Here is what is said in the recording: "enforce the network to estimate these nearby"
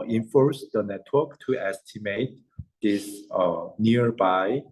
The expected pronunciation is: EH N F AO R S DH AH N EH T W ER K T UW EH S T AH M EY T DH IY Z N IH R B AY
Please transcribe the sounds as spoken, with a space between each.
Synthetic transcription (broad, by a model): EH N F AO R S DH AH N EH T W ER K T UW EH S T AH M EY T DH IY S N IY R B AY